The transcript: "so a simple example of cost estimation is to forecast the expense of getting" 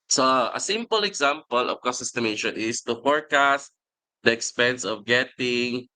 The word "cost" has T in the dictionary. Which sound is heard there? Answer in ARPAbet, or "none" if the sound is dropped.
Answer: none